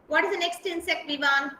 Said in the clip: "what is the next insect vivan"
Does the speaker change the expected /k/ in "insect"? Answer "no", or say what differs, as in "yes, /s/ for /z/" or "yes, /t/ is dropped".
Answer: no